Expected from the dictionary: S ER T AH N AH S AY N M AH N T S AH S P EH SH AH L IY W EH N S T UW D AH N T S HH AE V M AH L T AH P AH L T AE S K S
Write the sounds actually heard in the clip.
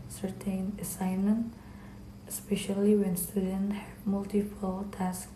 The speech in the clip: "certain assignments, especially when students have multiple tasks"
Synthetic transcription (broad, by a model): S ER T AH N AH S AY N M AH N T AH S P EH SH AH L IY W EH N S T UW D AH N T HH M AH L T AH F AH L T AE S K